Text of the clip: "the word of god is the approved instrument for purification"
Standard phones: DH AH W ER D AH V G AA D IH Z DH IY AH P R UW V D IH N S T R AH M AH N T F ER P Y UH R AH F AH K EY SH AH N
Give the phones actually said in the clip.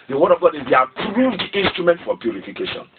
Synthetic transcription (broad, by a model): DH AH W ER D AH V G AA D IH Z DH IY AH P R UW V D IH N S T R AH M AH N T F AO P Y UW R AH F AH K EY SH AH N